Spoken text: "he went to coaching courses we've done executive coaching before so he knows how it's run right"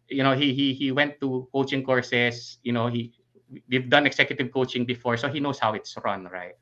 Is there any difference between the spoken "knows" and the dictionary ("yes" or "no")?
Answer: yes